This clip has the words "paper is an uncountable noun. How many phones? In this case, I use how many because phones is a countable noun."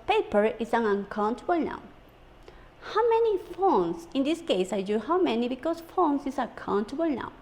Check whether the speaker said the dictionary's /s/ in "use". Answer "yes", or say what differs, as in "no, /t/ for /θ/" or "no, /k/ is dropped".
no, /s/ is dropped